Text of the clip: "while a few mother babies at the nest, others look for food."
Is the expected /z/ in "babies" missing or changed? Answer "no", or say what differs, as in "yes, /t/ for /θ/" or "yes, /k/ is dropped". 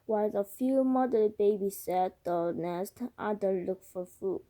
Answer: yes, /s/ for /z/